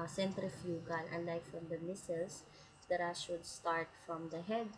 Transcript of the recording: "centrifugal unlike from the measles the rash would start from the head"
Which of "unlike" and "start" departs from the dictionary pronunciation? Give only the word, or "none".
unlike